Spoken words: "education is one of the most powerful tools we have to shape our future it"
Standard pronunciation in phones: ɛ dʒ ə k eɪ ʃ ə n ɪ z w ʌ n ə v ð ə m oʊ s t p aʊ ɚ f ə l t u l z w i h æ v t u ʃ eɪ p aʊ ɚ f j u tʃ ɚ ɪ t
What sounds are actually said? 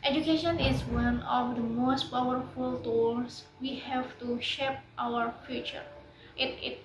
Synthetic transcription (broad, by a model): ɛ dʒ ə k eɪ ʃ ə n ɪ z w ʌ n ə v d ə m oʊ s t p aʊ ɚ f ə l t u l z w i h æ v t u ʃ eɪ p aʊ ɚ f j u tʃ ɚ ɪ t